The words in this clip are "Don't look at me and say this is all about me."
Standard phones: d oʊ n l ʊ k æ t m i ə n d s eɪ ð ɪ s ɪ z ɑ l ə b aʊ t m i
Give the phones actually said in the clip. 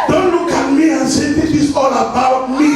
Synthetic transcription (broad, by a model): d oʊ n l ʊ k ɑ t m i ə n s eɪ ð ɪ ɪ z ɑ l ə b aʊ t m i